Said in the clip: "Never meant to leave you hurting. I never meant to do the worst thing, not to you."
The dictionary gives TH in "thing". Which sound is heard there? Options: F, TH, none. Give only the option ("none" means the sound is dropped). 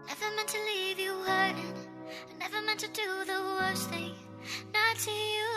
TH